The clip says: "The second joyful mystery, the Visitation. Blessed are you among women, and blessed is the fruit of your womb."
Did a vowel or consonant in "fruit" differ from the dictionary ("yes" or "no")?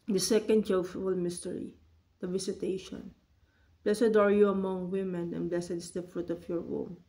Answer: no